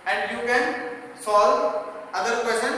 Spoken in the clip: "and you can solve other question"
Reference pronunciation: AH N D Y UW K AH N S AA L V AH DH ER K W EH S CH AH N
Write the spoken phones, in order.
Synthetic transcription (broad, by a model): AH N D Y UW K AH N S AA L AH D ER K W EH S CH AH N